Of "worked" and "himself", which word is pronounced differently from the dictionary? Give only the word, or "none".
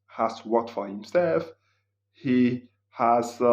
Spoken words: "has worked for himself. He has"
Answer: worked